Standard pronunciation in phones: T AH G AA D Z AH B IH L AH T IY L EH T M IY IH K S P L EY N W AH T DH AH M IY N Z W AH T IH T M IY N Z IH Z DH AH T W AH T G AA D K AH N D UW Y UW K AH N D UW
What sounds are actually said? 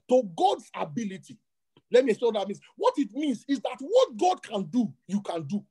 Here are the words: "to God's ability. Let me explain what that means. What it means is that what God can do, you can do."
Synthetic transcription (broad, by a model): T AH G AA D S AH B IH L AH T IY L EH T M IY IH S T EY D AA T M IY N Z W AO T IH T M IY N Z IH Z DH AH T W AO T G AA D K AH N D UW Y UW K AH N D UW